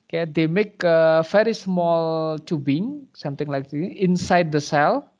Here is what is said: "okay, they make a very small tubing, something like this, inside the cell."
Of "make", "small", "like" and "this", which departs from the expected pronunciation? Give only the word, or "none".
this